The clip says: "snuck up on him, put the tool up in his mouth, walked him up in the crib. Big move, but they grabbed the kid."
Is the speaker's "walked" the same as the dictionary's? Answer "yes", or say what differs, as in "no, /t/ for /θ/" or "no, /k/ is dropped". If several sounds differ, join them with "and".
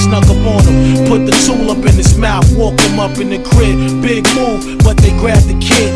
no, /t/ is dropped